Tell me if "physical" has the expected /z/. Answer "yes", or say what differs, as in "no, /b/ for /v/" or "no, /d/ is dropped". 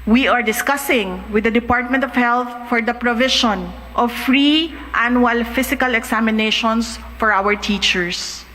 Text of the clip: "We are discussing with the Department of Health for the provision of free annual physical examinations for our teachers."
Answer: no, /s/ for /z/